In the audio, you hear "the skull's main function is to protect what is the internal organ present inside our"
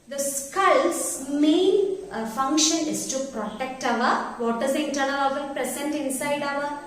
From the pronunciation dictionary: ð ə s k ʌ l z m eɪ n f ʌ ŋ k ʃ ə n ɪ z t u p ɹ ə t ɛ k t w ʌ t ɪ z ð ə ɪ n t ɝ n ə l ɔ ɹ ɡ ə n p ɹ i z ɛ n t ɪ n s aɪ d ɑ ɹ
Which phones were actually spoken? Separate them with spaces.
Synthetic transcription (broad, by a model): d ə s k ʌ l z m eɪ n f ʌ ŋ k ʃ ə n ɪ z t u p ɹ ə t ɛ k t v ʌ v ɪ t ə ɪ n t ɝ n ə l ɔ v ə l p ɹ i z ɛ n t ɪ n s aɪ d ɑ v